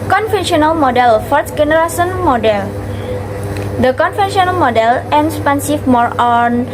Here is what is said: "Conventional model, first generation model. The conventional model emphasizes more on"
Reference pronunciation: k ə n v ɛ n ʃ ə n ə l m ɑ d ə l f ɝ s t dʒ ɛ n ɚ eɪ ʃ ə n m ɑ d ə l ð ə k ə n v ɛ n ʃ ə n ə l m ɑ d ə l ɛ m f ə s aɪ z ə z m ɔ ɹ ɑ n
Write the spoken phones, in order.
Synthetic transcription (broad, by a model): k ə n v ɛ n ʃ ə n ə l m ɑ d ə l f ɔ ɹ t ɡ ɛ n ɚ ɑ s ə n m ɑ d ə l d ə k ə n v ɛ n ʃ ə n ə l m ɑ d ə l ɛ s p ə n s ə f m ɔ ɹ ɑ n